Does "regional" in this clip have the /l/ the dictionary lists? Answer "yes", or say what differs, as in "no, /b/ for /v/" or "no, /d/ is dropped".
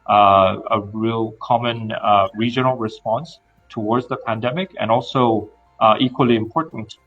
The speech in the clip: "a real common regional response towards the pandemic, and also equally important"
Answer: yes